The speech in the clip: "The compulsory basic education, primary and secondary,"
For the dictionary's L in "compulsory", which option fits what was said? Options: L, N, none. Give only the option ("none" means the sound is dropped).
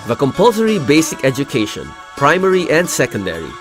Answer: L